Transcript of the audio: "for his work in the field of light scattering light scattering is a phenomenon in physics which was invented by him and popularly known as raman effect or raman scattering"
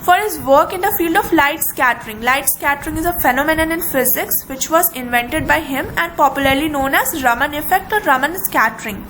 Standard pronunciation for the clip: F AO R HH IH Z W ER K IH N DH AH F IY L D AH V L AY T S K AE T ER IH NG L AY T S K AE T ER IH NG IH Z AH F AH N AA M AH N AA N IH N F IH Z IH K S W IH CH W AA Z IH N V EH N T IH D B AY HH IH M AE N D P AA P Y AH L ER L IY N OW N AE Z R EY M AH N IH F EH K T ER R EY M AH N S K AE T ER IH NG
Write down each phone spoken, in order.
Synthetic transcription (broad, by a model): F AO R HH IH Z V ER K IH N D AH F IY L D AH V L AY T S K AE T ER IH NG L AY T S K AE T ER IH NG IH Z AH F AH N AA M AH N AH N IH N F IH Z IH K S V IH CH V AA Z IH N V EH N T IH D B AY HH IH M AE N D P AA P Y AH L ER L IY N OW N AE Z R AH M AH N IH F EH K T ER R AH M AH N S K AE T ER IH NG